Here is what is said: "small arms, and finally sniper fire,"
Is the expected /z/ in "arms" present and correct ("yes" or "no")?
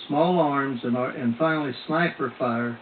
yes